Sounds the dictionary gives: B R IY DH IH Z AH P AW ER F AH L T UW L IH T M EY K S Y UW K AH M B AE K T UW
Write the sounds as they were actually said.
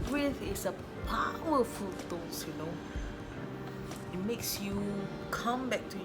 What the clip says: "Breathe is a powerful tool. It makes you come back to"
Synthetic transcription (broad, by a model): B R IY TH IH S AH P AW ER F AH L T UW N IH T M EY K S Y UW K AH M B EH K T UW